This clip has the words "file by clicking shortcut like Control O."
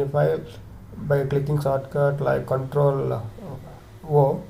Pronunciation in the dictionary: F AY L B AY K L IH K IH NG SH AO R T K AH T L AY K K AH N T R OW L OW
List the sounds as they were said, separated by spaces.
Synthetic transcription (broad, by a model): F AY B AY K L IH K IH NG S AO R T K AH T L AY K K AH N T R OW L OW